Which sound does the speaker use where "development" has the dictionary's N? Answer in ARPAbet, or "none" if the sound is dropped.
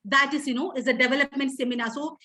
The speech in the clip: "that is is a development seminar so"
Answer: N